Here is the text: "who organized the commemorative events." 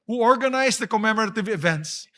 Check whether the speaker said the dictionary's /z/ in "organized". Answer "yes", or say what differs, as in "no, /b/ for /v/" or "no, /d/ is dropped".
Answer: no, /s/ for /z/